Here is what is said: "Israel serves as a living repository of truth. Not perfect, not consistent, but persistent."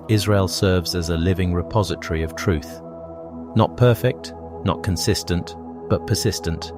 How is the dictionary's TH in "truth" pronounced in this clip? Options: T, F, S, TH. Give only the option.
TH